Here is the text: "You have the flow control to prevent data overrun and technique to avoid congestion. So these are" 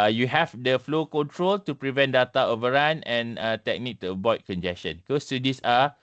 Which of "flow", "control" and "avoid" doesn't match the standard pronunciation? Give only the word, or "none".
avoid